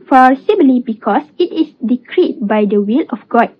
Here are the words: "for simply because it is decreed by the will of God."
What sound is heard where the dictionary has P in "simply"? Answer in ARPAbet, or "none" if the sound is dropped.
B